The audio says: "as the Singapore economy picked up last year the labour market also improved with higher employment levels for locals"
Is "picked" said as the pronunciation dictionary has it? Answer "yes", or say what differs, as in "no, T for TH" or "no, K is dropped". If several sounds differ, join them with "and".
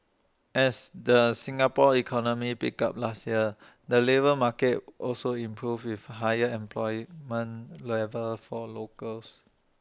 no, T is dropped